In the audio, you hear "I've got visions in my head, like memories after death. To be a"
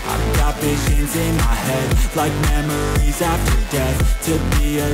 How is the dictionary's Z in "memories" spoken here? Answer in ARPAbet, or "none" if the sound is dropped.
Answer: Z